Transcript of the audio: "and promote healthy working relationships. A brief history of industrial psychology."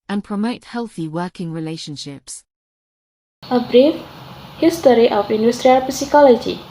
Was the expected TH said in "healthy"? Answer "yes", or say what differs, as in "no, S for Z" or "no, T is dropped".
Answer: yes